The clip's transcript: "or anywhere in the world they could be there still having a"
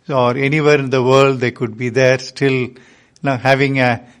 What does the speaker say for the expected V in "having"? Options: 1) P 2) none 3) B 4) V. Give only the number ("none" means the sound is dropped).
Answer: 4